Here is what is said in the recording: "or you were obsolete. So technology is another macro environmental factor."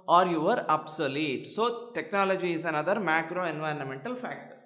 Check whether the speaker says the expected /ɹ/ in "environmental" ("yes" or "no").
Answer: yes